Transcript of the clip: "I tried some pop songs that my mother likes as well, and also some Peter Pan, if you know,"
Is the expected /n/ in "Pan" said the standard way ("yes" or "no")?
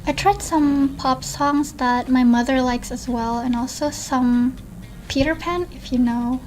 yes